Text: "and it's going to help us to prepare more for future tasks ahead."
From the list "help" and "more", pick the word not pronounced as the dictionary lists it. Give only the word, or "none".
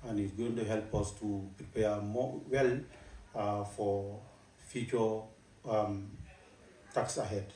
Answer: more